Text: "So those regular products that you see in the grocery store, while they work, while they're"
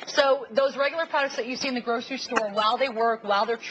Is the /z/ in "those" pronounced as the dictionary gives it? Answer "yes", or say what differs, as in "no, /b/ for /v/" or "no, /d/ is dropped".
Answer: yes